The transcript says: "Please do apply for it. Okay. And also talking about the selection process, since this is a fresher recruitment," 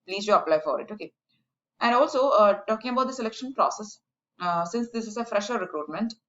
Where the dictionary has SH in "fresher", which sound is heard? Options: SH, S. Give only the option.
SH